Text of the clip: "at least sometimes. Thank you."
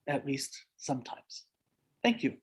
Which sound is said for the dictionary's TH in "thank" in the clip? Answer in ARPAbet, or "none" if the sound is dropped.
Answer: TH